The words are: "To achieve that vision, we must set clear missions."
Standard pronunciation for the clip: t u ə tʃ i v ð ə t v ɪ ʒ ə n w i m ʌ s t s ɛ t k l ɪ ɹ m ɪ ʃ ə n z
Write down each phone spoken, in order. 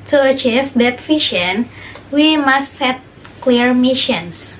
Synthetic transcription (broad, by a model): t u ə tʃ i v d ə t f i ʃ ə n w i m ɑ s t s ɛ t k l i ɹ m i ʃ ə n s